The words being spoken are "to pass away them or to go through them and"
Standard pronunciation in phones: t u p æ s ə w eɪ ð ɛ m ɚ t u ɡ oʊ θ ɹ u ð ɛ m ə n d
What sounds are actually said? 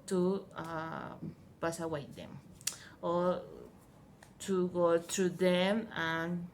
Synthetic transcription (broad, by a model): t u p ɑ s ə w eɪ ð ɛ m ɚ t u ɡ oʊ t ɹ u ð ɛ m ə n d